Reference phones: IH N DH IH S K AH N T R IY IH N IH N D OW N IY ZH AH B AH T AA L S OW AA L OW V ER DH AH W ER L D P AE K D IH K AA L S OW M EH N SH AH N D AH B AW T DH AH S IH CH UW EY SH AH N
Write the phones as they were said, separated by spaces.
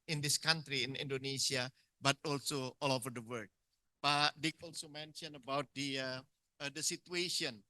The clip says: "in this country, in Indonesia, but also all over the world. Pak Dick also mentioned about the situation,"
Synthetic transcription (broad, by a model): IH N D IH S K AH N T R IY IH N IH N D OW N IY S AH B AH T AA L S OW AA L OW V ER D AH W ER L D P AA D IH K AA L S OW M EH N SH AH N AH B AW T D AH S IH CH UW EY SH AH N